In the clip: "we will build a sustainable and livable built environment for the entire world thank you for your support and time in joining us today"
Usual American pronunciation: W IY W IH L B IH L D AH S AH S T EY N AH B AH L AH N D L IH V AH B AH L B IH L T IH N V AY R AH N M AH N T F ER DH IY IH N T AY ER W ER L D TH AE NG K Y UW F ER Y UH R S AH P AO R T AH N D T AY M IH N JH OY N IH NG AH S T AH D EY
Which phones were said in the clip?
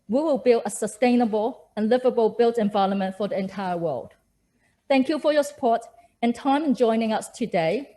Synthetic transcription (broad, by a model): W IY W IH L B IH L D AH S AH S T EY N AH B AH L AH N L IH V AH B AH L B IH L T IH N V AY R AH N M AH N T F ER DH IY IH N T AY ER W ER L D TH AE NG K Y UW F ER Y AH S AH P AO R T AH N T AY M IH N JH OY N IH NG AH S T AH D EY